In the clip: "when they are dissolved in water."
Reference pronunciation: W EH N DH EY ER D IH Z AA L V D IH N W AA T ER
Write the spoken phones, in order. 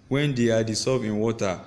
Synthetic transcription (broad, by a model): W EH N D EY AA D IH S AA V IH N W AA T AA